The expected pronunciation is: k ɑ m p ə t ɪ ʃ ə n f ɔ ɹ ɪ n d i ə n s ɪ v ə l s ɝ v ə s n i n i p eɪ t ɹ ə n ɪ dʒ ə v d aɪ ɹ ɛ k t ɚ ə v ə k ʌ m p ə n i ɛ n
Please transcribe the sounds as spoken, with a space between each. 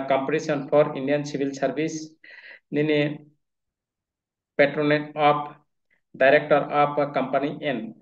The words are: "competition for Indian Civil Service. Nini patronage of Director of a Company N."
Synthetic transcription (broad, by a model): k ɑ m p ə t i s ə n p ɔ ɹ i n d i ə n s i b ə l s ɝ b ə s n i n i p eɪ t ɹ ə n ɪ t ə p d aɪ ɹ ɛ k t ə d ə k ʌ m p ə n i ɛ n